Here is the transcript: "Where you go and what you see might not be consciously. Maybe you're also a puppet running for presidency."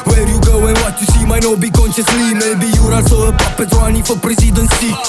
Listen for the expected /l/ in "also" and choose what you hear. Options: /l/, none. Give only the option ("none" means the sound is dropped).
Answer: none